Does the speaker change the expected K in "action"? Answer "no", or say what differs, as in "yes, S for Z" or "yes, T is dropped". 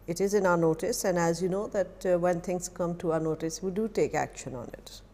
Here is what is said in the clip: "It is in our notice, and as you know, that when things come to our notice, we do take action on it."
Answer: no